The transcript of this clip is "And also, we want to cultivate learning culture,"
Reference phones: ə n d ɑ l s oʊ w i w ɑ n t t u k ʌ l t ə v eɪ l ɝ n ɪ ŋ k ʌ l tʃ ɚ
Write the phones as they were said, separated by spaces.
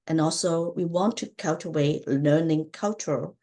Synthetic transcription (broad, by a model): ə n ɑ l s oʊ w i w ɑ n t t u k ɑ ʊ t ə w eɪ l ɝ n ɪ ŋ k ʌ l tʃ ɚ